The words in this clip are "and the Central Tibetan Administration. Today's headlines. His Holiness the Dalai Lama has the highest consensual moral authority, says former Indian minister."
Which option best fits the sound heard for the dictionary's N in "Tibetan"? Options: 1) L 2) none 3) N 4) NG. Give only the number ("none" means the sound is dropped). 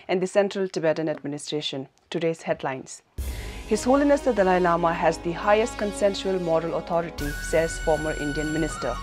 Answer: 3